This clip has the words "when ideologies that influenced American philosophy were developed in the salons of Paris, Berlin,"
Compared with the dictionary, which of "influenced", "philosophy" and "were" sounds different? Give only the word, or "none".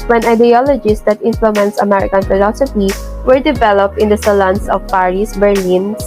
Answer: influenced